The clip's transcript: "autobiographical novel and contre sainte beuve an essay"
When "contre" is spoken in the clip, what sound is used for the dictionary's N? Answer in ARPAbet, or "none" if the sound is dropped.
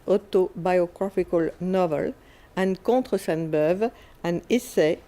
none